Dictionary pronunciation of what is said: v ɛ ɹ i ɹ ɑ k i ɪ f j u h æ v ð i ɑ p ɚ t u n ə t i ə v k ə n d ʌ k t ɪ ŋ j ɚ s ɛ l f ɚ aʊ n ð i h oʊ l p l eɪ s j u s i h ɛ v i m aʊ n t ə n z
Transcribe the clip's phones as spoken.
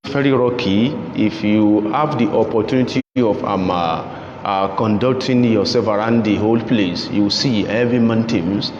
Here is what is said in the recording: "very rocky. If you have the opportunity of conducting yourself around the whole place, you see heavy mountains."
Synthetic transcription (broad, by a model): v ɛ ɹ i ɹ ɑ k i ɪ f j u h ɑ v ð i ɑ p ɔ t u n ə t i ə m k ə n d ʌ k t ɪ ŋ j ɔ s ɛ f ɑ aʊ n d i h oʊ l p l eɪ s j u s i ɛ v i m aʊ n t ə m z